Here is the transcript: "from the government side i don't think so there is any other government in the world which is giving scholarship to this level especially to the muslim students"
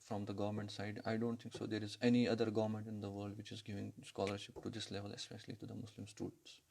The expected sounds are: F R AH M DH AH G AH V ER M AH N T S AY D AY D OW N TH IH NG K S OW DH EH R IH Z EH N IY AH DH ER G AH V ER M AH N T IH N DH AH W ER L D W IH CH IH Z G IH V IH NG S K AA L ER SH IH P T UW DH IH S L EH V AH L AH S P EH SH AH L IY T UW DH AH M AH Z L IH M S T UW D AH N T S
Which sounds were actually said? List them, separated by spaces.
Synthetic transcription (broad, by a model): F R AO M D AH G AH V ER M AH N T S AY D AY D OW N T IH NG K S OW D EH R IH Z EH N IY AH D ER G AH V ER M AH N T IH N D AH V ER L D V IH CH IH Z G IH V IH NG S K AA L ER SH IH P T UW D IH S L EH V AH L AH S P EH SH AH L IY T UW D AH M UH S L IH M S T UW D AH N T S